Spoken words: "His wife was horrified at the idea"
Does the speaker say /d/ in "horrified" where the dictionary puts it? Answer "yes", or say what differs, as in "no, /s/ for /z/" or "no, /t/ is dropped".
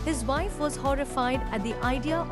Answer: yes